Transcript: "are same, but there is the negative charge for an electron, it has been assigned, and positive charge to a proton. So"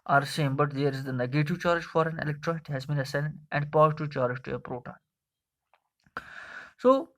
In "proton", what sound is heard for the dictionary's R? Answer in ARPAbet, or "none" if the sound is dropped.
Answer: R